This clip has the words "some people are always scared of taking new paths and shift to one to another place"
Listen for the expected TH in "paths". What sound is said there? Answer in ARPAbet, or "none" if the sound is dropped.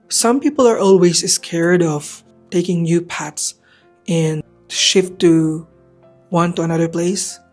T